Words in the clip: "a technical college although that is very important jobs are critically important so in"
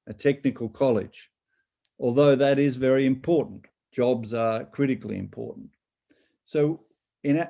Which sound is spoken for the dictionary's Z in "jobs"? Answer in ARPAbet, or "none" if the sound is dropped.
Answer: Z